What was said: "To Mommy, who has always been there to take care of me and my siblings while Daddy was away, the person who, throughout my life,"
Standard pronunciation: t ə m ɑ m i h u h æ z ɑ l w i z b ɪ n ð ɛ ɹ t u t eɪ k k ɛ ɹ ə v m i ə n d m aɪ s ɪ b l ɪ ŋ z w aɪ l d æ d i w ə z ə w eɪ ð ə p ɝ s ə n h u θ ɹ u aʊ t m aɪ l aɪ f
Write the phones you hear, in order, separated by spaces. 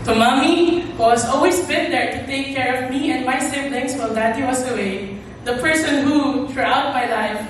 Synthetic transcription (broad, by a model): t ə m ɑ m i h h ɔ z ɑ l w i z b ɪ n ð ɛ ɹ t u t eɪ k k ɛ ɹ ə v m i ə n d m aɪ s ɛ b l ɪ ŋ s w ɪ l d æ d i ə s ə w eɪ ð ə p ɝ s ə n h u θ ɹ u aʊ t m aɪ l aɪ f